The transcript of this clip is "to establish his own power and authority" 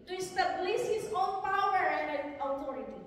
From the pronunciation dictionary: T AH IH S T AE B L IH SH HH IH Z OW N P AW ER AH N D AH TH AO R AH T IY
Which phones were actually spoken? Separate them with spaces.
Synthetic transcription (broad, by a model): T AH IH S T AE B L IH S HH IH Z OW N P AW ER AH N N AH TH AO R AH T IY